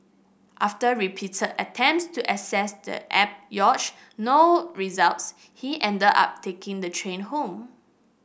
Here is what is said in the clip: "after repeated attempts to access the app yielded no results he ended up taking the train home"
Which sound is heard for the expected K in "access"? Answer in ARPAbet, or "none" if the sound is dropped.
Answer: none